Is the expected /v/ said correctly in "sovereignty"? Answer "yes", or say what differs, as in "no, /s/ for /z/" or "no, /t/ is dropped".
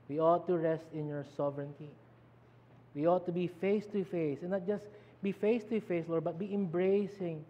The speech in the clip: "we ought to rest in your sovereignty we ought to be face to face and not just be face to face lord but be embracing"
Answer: yes